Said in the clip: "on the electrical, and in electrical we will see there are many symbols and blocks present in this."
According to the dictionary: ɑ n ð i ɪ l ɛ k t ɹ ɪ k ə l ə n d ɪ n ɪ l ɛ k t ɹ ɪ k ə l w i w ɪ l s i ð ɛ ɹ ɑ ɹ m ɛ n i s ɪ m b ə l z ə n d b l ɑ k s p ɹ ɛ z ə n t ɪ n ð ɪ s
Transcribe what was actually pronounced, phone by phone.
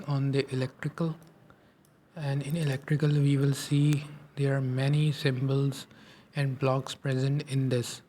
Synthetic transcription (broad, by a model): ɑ n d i ɪ l ɛ k t ɹ ɪ k ə l ə n d ɪ n ɪ l ɛ k t ɹ ɪ k ə l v i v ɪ l s i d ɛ ɹ ɑ ɹ m ɛ n i s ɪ m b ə l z ə n d b l ɑ k s p ɹ ɛ z ə n t ɪ n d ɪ s